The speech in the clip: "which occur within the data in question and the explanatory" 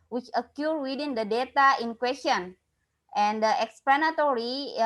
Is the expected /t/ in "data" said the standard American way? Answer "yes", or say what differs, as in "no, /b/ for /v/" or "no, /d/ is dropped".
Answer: yes